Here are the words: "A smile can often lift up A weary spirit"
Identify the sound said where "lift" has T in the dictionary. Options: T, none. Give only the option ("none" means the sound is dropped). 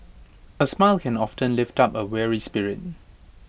T